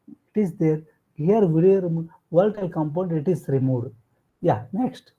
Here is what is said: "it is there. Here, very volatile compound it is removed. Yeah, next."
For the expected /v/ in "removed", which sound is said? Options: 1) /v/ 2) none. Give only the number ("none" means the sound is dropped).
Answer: 2